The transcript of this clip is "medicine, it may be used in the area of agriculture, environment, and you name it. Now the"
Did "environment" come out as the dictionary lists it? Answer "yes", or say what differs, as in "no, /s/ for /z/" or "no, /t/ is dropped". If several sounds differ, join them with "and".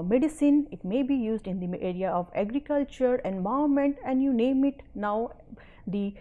no, /ɹ/ is dropped